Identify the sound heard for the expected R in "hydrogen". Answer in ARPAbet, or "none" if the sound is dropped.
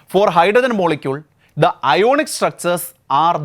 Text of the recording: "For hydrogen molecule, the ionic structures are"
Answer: none